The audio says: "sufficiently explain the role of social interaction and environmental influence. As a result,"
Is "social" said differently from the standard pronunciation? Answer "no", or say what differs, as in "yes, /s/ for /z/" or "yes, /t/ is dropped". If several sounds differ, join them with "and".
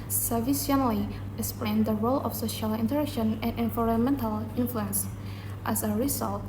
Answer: no